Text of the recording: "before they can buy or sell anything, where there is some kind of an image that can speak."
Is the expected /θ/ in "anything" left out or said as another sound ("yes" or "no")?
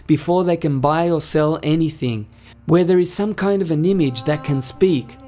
no